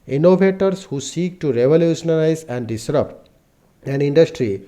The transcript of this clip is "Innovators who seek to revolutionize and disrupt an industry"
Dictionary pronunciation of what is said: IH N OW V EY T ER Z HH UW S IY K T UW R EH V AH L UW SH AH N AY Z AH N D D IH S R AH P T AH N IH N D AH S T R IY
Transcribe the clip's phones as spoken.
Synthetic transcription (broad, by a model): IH N OW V EY T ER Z HH UW S IY K T UW R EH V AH L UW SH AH N AY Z AH N D D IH S R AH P AH N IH N D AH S T R IY